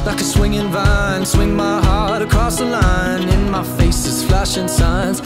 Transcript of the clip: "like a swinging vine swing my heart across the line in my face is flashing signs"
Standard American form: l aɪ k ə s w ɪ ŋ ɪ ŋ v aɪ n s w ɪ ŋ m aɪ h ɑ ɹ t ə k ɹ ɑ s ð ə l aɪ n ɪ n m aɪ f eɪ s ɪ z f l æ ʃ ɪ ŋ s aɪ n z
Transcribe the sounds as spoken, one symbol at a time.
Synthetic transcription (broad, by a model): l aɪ k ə s w ɪ ŋ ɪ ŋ v aɪ n s w ɪ ŋ m aɪ h ɑ ɹ t ə k ɹ ɑ s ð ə l aɪ n ɪ n m aɪ f eɪ s ɪ z f l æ ʃ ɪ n s aɪ n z